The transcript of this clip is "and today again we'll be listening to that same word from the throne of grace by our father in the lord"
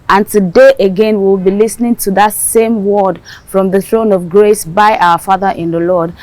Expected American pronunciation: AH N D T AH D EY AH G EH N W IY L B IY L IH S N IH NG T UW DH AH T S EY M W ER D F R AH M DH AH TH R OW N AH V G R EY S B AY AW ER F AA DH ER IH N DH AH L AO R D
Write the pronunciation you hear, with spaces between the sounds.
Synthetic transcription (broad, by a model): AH N T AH D EY AH G EH N W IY W B IY L IH S N IH NG T UW DH AH T S EY M W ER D F R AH M DH AH TH R OW N AH V G R EY S B AY AW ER F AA DH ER IH N DH AH L AO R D